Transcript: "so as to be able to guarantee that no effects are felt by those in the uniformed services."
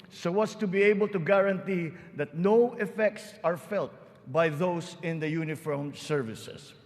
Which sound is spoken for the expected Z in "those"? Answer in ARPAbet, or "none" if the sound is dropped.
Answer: S